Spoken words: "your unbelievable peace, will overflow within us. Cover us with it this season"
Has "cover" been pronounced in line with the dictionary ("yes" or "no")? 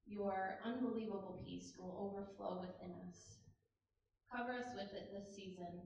yes